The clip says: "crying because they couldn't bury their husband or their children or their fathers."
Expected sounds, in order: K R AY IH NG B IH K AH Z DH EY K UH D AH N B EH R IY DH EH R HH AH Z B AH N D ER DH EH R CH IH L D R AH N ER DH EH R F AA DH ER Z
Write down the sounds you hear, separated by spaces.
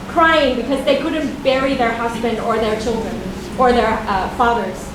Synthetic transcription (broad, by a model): K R AY IH NG B IH K AH Z DH EY K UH D N B EH R IY DH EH R HH AH Z B AH N D ER DH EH R CH IH L D R AH N ER DH EH R F AA DH ER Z